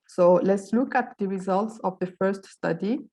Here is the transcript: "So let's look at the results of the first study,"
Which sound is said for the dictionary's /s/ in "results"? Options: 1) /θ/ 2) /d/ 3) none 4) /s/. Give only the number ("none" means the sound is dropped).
4